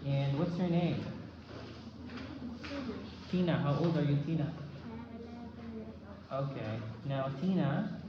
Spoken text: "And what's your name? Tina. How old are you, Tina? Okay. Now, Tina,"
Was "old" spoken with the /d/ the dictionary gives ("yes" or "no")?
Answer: yes